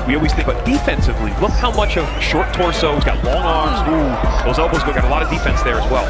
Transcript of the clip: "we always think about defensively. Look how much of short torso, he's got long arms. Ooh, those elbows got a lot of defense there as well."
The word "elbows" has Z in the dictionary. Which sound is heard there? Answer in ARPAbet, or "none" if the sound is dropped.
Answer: none